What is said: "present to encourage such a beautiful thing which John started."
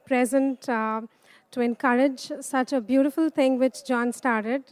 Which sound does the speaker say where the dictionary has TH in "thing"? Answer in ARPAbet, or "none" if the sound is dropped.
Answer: T